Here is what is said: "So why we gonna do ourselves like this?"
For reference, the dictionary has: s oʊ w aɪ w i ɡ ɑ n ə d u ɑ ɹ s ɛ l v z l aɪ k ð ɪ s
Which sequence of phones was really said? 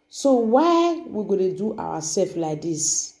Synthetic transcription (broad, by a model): s oʊ w aɪ w i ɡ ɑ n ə d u ɑ w s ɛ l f l aɪ k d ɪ s